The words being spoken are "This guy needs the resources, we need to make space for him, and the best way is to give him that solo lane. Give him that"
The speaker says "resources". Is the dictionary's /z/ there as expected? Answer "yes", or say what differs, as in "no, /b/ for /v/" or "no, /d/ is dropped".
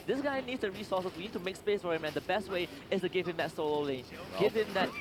no, /z/ is dropped